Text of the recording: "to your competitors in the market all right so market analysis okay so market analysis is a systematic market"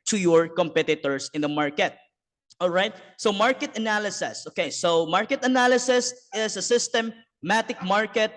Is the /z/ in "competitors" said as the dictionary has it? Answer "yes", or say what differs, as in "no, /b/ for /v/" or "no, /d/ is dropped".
no, /s/ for /z/